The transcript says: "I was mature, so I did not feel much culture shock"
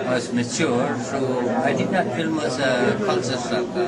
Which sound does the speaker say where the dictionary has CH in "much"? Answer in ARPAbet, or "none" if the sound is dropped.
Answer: S